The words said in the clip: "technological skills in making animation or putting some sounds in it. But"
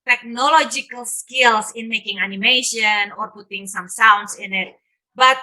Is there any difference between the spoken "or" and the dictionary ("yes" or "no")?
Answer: no